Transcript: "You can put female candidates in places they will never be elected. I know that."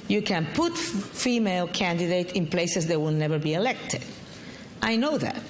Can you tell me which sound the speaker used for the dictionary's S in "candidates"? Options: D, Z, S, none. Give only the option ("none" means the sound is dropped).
none